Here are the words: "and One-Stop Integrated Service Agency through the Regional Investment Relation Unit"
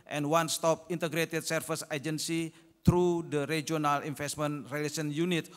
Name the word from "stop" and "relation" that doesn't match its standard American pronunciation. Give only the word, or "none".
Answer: relation